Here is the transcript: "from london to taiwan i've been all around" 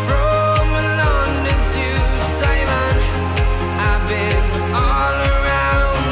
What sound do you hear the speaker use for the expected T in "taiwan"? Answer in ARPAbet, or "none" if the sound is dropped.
S